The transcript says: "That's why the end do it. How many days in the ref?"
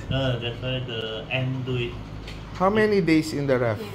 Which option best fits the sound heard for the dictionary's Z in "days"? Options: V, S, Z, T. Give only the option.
S